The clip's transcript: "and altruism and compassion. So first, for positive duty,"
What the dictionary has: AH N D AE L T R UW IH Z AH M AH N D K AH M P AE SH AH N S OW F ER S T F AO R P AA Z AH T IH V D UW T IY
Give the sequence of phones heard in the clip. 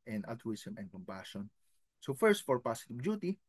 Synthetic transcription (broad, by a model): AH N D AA L T R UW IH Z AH M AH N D K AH M P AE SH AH N S OW F ER S T F AO R P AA S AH T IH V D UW T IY